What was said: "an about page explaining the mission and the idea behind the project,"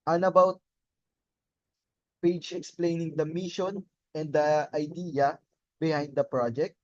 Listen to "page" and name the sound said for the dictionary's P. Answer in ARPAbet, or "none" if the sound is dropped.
P